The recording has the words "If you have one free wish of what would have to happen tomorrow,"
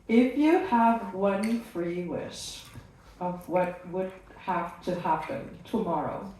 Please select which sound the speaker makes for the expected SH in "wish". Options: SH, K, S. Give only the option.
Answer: S